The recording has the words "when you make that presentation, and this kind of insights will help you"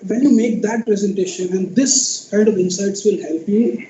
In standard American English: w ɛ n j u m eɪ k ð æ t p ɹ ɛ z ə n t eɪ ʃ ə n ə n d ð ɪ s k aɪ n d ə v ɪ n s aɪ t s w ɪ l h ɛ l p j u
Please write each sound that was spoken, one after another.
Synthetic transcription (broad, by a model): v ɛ n j u m eɪ k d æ t p ɹ ɛ z ə n t eɪ ʃ ə n ə n d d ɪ s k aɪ d ə v ɪ n s aɪ t s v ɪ l h ɛ l p j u